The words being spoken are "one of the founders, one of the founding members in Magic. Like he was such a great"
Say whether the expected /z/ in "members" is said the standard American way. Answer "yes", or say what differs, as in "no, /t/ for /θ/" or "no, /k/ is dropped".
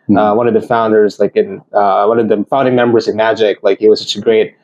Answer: yes